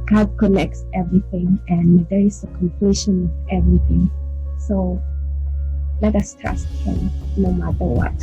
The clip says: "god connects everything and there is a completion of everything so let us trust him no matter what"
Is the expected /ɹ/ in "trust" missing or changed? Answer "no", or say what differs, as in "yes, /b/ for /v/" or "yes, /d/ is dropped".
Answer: yes, /ɹ/ is dropped